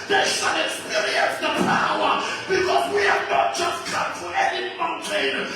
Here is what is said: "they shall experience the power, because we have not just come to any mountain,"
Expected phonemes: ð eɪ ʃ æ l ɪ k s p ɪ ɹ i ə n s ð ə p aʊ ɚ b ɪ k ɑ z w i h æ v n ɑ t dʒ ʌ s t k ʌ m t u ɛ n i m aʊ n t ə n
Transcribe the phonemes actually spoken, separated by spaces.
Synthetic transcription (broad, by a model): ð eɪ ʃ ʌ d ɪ s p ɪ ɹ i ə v ð ə p aʊ ɚ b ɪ k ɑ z w i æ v n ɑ t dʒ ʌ s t k ʌ m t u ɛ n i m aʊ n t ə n